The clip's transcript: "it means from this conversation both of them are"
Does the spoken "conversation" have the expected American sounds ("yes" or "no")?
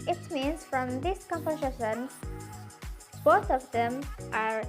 no